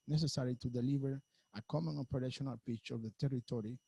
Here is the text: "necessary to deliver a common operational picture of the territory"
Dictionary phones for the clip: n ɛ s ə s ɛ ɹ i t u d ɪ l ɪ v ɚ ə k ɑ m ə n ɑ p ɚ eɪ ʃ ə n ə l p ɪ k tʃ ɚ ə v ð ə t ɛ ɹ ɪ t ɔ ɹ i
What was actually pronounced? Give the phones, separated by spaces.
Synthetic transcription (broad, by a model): n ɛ s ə s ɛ ɹ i t u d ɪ l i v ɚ ə k ɑ m ə n ɑ p ɚ eɪ ʃ ə n ə l p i tʃ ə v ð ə t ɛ ɹ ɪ t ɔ ɹ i